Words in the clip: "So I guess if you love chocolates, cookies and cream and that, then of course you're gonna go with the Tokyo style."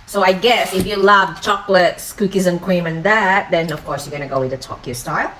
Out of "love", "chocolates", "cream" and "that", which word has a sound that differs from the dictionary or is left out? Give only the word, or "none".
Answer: cream